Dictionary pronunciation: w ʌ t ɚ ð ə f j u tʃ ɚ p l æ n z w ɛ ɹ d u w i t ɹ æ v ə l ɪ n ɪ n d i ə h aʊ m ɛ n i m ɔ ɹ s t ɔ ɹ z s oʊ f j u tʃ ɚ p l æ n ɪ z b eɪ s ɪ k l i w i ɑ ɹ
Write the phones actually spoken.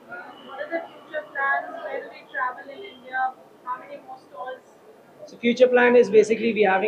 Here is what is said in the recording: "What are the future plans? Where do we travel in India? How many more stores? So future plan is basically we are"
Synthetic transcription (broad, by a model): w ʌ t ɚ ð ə f j u tʃ ɚ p l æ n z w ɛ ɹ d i t ɹ æ v ə l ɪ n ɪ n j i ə h aʊ m ɛ n i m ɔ s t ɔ l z s oʊ f j u tʃ ɚ p l æ n ɪ z b eɪ s ɪ k l i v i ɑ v